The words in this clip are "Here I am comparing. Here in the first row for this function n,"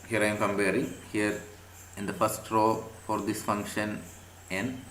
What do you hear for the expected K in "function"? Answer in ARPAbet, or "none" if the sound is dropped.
K